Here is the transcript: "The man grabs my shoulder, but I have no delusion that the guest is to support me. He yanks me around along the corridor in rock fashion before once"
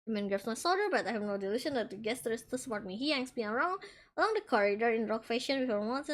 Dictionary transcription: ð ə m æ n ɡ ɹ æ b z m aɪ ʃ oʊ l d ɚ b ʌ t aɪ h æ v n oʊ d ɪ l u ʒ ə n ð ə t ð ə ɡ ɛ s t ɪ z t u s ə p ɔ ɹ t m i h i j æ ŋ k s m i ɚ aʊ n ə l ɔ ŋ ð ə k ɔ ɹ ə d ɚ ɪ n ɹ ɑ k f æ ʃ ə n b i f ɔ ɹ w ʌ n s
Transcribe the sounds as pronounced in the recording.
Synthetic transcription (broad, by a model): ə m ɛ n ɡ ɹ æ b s m aɪ s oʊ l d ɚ b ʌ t aɪ h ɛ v n oʊ d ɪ l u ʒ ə n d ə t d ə ɡ ɛ s t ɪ s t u s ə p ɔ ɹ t m i h i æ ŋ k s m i ɚ aʊ n ə l ɔ ŋ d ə k ɔ ɹ ə d ɚ ɪ n ɹ ɑ k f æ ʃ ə n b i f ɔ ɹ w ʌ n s